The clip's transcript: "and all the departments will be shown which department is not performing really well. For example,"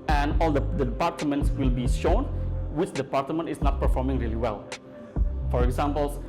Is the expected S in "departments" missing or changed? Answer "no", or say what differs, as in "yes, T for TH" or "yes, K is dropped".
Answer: no